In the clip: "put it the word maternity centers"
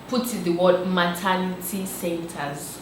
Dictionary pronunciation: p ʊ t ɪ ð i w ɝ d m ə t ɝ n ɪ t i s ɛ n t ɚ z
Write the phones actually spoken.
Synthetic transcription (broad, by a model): p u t ɪ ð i w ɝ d m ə t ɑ l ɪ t i s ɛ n t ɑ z